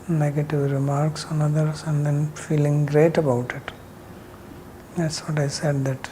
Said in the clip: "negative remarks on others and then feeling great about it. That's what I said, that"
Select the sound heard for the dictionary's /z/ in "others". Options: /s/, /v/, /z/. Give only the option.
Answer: /s/